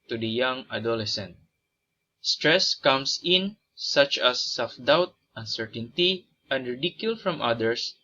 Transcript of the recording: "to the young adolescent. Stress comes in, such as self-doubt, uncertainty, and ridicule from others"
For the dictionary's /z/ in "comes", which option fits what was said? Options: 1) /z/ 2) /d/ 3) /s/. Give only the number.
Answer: 3